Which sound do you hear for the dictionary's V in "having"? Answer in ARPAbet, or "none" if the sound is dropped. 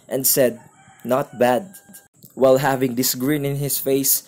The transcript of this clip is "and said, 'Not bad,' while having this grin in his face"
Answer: V